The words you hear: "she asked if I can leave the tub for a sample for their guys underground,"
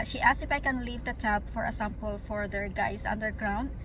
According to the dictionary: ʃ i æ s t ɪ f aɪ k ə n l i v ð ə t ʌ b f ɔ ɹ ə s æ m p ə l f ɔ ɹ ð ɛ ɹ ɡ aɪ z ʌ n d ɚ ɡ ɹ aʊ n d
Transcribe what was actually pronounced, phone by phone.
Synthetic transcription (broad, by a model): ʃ i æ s ɪ f aɪ k ə n l i v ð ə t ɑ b f ɔ ɹ ə s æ m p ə l f ɔ ɹ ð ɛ ɹ ɡ aɪ s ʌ n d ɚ ɡ ɹ aʊ n d